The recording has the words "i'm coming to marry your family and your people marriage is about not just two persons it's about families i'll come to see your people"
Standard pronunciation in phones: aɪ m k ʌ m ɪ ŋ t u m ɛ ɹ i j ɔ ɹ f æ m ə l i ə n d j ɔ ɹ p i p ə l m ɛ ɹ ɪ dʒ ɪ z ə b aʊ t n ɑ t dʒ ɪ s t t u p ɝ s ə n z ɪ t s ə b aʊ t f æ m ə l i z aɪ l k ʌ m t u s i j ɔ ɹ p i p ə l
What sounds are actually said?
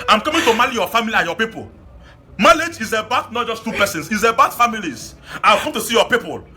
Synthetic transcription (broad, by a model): aɪ m k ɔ m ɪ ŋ t u m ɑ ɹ i j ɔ f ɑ m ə l i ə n j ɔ p i p ə l m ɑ l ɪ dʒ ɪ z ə b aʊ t n ɑ t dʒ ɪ s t t u p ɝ s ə n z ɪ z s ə b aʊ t f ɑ m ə l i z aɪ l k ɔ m t u s i j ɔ p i p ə l